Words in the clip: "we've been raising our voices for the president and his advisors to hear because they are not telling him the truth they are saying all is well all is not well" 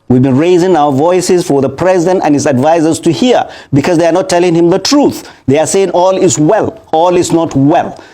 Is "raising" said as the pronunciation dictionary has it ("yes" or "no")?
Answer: yes